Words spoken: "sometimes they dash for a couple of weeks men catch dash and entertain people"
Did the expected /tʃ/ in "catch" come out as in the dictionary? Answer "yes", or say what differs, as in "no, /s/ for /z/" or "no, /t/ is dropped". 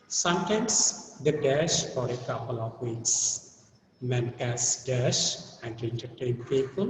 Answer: no, /s/ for /tʃ/